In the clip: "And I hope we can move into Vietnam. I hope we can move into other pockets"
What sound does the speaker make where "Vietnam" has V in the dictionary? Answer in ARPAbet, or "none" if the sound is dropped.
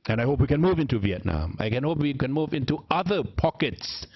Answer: V